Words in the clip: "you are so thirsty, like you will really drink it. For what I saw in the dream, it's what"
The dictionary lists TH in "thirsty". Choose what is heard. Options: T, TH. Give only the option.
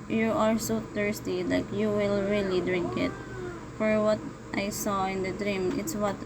T